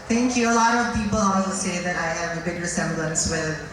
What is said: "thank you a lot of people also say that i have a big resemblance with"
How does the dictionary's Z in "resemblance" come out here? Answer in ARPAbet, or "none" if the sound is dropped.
S